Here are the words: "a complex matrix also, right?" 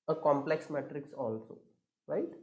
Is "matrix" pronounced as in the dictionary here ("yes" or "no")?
yes